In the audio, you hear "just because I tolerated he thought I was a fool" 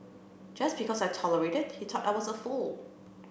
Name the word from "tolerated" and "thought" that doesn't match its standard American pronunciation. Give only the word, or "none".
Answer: thought